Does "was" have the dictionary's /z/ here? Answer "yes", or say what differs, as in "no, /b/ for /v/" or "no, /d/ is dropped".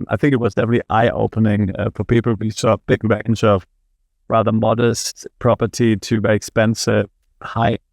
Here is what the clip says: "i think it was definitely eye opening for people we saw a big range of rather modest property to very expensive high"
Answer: yes